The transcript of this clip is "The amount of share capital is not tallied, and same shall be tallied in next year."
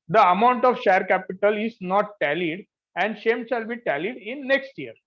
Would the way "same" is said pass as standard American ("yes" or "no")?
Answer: no